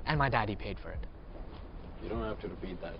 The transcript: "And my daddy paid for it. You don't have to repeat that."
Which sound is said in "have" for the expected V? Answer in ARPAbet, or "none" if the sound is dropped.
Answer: F